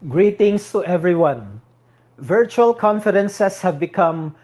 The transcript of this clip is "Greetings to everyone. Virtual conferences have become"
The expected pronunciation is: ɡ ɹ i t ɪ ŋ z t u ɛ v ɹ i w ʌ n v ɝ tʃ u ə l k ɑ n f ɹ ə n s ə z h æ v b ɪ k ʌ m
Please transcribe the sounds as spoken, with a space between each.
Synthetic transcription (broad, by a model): ɡ ɹ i t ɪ ŋ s t u ɛ v ɹ i w ʌ n v ɝ tʃ u ə l k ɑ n f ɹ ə n s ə s h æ v b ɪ k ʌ m